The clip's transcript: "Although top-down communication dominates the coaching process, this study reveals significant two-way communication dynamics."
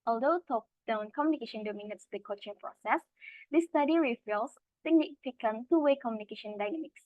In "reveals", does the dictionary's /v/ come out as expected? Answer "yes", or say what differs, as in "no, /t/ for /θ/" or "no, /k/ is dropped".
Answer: no, /f/ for /v/